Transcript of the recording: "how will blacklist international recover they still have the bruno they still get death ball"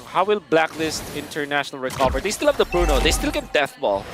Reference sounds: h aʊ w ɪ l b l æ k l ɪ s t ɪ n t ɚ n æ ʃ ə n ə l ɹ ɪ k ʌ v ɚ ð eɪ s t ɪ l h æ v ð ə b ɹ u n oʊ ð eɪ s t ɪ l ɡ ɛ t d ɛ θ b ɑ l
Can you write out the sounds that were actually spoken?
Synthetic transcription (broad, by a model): h aʊ w ɪ l b l æ k l ɪ s t ɪ n t ɚ n æ ʃ ə n ə l ɹ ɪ k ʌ v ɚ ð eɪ s t ɪ l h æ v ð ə b ɹ u n oʊ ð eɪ s t ɪ l ɡ ɛ t d ɛ θ b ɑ l